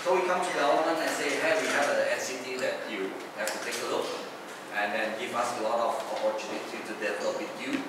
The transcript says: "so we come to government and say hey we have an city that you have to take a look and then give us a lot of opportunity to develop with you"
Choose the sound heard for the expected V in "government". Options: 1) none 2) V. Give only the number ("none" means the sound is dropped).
1